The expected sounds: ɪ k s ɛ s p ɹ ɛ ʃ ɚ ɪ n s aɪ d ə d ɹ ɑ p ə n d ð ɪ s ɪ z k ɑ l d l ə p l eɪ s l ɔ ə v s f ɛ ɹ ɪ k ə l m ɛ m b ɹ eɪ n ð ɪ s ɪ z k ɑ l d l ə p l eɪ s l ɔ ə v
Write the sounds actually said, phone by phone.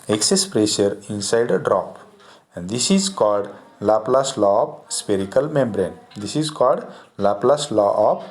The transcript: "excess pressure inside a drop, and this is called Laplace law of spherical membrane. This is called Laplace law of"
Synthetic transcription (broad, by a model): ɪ k s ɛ s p ɹ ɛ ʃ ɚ ɪ n s aɪ d ə d ɹ ɑ p ə n d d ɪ s ɪ z k ɑ l d l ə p l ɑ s l ɔ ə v s p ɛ ɹ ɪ k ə l m ɛ m b ɹ eɪ n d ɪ s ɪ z k ɑ l d l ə p l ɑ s l ɔ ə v